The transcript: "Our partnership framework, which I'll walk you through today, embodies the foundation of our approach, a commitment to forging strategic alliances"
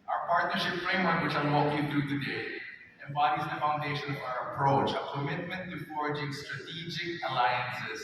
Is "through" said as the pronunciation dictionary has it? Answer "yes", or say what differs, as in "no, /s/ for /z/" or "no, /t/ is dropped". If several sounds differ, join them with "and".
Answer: no, /t/ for /θ/